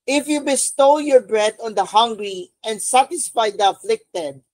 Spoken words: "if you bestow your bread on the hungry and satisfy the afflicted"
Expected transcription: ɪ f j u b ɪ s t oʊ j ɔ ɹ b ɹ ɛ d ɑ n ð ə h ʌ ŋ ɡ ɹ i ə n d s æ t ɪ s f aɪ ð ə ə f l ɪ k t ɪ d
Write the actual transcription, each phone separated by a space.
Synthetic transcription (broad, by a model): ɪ f j u b ɪ s t oʊ j ɔ ɹ b ɹ ɛ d ɑ n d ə h ʌ ŋ ɡ ɹ i ə n d s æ t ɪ s f aɪ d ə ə f l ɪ k t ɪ d